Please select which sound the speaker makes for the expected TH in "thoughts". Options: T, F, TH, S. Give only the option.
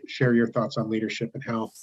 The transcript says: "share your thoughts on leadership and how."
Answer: TH